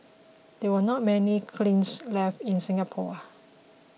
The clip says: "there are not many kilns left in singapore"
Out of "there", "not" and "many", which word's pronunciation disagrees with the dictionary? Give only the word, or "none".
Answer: there